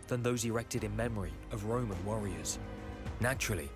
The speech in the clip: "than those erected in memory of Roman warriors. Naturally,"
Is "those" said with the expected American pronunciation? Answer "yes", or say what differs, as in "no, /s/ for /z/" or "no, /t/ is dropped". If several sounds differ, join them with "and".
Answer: yes